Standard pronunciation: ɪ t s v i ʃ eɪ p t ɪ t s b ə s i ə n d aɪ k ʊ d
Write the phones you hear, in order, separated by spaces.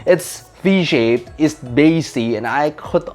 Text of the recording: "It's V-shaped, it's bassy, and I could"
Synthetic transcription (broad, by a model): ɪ t s f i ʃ eɪ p ɪ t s b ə s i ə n aɪ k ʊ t